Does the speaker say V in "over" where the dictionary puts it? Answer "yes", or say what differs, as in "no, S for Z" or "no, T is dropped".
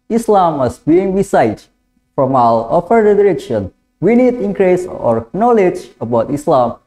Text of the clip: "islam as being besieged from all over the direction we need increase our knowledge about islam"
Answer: no, F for V